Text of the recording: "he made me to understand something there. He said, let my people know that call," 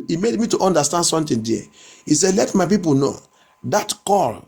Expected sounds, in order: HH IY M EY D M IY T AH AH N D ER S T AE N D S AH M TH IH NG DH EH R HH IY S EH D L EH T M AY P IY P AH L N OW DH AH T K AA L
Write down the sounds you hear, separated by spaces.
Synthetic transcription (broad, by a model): IY M EY D M IY T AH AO N D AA S T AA N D S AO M T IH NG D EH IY S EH L EH T M AY P IY P AH L N OW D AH T K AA L